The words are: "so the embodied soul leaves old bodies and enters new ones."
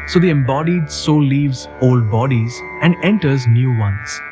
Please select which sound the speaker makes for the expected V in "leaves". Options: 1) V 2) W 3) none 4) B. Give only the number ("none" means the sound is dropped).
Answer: 1